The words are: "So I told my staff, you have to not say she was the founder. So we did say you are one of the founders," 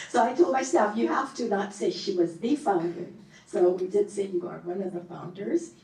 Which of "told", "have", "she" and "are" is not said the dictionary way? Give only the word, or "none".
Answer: have